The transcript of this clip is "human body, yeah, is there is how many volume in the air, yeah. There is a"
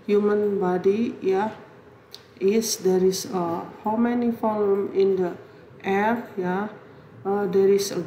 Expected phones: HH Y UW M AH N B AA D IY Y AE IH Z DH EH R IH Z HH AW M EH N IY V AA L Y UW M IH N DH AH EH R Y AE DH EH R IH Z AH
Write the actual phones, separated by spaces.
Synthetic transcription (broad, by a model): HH Y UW M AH N B AA D IY Y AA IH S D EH R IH S HH AW M EH N IY F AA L M IH N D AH EH R Y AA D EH R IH S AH